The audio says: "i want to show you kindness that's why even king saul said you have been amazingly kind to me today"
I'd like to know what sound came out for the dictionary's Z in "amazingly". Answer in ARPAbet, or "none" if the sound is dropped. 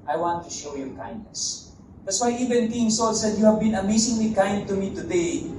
S